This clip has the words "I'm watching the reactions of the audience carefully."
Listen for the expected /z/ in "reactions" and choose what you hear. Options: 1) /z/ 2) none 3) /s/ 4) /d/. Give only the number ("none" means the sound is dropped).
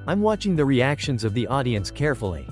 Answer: 1